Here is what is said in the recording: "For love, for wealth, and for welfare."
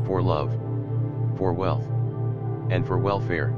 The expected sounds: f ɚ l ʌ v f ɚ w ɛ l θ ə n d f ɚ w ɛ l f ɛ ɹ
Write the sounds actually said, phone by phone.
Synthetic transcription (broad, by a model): f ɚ l ʌ v f ɚ w ɛ l θ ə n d f ɚ w ɛ l f ɛ ɹ